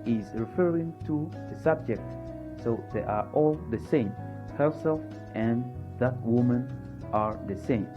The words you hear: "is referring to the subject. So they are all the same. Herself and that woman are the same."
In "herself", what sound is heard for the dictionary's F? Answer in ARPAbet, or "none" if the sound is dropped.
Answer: none